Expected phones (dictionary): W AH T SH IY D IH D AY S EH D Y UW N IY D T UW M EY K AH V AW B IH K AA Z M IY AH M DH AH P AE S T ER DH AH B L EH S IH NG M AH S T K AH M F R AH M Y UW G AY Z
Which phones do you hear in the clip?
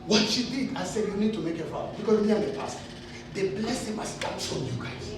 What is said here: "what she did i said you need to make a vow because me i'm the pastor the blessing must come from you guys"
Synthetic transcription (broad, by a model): W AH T SH IY D IH D AY S EH D Y UW N IY D T UW M EY K AH F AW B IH K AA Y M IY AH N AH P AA S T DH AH B L EH S IH NG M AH S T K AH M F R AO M Y UW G AY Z